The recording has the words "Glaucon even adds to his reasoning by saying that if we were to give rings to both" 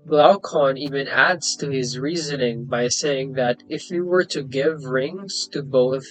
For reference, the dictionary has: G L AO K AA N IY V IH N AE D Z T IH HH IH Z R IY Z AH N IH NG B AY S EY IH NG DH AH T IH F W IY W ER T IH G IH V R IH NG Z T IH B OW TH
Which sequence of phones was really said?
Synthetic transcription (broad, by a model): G L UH K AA N IY V IH N AE D Z T IH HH IH Z R IY Z AH N IH NG B AY S EY IH NG DH AH T IH F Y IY W ER T IH G IH V R IH NG Z T IH B OW TH